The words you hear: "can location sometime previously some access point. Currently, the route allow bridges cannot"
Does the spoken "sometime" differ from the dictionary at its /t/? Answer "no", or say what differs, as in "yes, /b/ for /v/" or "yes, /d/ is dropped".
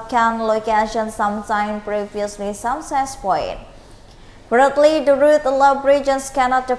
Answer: yes, /s/ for /t/